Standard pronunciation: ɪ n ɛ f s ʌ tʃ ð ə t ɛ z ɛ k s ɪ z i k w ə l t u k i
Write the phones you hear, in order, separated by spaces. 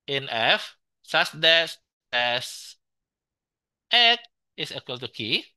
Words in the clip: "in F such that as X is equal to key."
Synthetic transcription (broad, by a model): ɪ n ɛ f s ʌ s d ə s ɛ s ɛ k ɪ s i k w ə l t u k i